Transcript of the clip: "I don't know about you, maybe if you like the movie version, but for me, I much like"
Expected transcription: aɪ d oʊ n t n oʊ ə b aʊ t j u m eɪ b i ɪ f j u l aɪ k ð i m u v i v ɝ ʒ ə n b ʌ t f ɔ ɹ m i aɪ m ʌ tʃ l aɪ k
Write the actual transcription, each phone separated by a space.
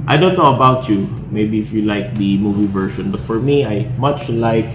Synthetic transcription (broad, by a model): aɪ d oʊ n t n oʊ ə b aʊ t j u m eɪ b i ɪ f j u l aɪ k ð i m u v i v ɝ ʃ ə n b ʌ t f ɔ ɹ m i aɪ m ʌ tʃ l aɪ k